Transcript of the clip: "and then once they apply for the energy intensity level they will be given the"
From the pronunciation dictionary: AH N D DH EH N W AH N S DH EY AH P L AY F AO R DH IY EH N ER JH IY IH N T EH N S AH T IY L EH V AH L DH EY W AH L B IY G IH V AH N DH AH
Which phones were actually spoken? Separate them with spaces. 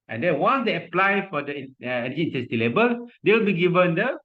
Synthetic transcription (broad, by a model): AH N D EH N W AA N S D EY AH P L AY F AO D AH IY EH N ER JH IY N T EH S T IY L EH B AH L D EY W AH L B IY G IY V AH N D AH